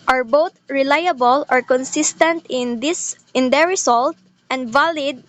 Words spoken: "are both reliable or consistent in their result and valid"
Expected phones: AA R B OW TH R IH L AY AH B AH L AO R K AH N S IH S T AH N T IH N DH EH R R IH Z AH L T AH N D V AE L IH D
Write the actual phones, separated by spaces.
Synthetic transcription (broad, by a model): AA R B OW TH R IH L AY AH B AH L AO R K AH N S IH S T AH N T IH N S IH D R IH S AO L T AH N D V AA L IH D